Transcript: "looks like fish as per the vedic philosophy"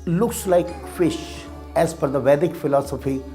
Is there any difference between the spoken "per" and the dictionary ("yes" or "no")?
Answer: yes